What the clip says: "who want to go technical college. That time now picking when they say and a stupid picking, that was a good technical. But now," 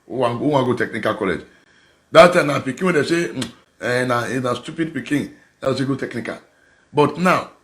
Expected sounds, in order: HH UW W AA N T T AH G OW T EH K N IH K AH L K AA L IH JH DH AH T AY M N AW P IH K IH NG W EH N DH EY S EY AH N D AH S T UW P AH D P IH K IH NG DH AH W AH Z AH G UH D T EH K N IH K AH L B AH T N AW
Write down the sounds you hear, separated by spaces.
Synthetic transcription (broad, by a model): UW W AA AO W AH G OW T EH K N IH K AH L K AA L IH JH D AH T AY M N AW P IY K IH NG W EH N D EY S EY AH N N AH S T UW P AH D P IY K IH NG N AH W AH S AH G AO T EH K N IH K AH L B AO T N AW